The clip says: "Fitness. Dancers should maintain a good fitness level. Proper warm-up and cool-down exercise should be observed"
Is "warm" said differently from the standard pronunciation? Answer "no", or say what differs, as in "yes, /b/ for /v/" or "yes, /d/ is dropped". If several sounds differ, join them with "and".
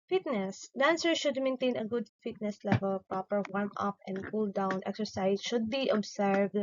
no